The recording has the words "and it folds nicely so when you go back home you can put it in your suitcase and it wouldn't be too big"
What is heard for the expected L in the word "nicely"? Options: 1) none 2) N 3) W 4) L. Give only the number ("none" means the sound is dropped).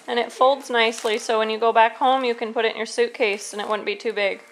4